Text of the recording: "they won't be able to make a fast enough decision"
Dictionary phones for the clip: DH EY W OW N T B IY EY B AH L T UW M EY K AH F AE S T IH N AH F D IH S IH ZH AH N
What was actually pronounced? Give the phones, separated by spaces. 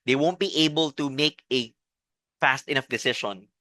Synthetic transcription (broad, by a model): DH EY W OW N T B IY EY B AH L T UW M EY K AH F AE S T IH N AH F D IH S IH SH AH N